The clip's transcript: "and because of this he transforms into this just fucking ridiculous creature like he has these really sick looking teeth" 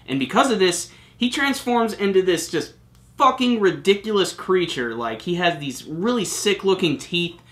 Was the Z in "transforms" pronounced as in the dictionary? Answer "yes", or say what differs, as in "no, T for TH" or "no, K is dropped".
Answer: yes